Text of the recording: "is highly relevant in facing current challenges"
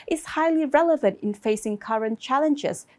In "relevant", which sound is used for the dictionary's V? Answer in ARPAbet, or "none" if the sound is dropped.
V